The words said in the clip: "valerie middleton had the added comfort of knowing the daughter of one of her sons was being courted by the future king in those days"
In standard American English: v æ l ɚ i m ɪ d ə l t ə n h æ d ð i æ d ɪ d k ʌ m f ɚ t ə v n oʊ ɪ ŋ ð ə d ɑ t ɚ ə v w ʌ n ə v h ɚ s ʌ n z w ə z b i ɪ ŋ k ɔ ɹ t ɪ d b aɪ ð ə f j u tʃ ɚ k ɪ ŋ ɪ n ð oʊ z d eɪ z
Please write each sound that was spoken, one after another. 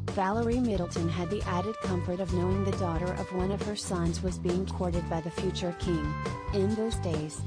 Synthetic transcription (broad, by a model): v æ l ɚ i m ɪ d l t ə n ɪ d ð i æ d ɪ d k ʌ m f ɚ t ə v n oʊ ɪ ŋ ð ə d ɑ t ɚ ə v w ʌ n ə v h ɚ s ʌ n z w ə z b i ɪ ŋ k ɔ ɹ t ɪ d b aɪ ð ə f j u tʃ ɚ k ɪ ŋ ɪ n ð oʊ z d eɪ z